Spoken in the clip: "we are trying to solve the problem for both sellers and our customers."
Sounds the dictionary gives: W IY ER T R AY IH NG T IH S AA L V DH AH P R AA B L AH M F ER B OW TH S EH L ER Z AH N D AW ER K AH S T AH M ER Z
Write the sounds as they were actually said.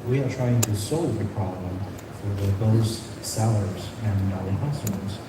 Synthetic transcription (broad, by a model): W IY ER T R AY IH NG T IH S AA L V DH AH P R AA B L AH M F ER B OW S S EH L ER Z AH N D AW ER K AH S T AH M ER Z